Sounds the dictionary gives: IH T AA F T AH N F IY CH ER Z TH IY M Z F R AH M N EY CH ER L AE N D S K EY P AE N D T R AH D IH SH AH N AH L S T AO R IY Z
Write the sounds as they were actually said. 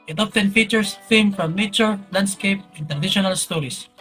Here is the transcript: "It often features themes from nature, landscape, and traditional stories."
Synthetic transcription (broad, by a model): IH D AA P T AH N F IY CH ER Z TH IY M F R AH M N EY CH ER L AE N D S K EY P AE N T R AH D IH SH AH N AH L S T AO R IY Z